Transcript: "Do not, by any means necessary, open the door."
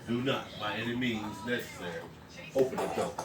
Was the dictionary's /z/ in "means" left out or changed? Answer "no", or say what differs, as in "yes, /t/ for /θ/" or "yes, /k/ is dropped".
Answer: no